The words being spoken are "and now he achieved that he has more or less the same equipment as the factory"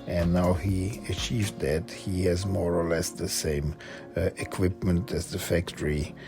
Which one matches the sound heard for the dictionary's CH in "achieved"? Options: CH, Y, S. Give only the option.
CH